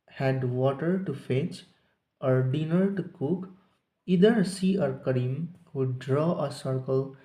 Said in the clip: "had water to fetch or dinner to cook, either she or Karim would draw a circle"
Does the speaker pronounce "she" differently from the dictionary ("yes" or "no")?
yes